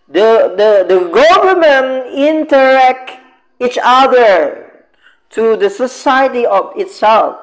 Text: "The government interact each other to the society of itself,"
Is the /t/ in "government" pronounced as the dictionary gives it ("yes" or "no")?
no